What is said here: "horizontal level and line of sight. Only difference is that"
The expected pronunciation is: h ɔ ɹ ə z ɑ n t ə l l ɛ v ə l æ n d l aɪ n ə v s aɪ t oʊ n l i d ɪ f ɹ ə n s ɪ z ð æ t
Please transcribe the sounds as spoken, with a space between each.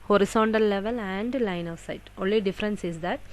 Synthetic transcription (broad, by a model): h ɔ ɹ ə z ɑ n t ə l l ɛ v ə l æ n d l aɪ n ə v s aɪ t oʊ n l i d ɪ f ɹ ə n s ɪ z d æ t